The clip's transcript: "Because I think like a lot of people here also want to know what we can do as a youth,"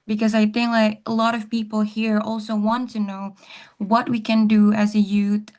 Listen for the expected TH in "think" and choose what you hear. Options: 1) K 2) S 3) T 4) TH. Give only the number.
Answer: 4